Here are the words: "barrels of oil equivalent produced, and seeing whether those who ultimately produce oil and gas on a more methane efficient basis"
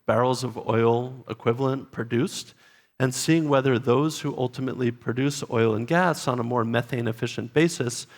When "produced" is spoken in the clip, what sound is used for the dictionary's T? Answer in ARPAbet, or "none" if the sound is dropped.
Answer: T